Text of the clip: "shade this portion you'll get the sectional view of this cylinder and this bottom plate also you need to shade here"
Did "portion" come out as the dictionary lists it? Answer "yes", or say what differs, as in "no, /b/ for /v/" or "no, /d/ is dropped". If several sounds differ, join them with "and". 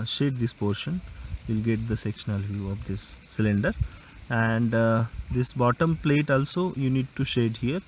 yes